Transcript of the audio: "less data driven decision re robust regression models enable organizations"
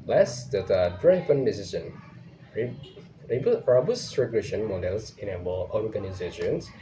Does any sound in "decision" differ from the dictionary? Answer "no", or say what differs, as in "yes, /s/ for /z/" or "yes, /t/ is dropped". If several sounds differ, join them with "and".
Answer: yes, /s/ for /ʒ/